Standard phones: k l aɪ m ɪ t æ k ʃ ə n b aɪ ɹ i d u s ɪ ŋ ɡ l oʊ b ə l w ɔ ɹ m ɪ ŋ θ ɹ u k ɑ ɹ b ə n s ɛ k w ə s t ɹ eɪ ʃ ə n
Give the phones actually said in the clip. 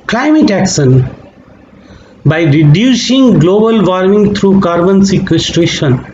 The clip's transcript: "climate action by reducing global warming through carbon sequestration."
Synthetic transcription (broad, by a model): k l aɪ m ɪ t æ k s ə n b aɪ ɹ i d u s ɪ ŋ ɡ l oʊ b ə l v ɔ ɹ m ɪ ŋ t ɹ u k ɑ ɹ b ə n s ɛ k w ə s t ɹ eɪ ʃ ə n